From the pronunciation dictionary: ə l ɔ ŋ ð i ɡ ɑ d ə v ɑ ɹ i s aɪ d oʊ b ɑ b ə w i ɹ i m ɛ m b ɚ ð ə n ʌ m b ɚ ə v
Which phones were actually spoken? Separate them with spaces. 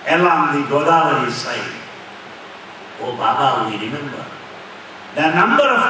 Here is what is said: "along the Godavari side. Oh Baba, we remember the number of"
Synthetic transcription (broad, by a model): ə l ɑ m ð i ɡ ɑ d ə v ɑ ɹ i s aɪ oʊ b ɑ b ə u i ɹ i m ɛ m b ɚ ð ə n ʌ m b ɚ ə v